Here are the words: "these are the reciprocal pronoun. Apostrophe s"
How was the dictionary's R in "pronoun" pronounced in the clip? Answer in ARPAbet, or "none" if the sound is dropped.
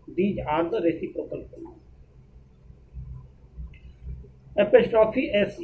none